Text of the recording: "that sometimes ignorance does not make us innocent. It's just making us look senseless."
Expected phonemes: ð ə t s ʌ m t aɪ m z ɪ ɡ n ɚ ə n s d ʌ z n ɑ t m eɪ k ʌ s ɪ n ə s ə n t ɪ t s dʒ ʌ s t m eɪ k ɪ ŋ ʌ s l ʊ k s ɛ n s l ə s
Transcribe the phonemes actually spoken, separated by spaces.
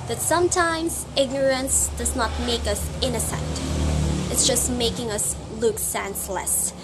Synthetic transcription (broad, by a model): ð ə t s ʌ m t aɪ m z ɪ ɡ n ɚ ə n s d ʌ z n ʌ t m eɪ k ʌ s ɪ n ə s ə n t ɪ t s dʒ ʌ s t m eɪ k ɪ ŋ ʌ s l ʊ k s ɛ n s l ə s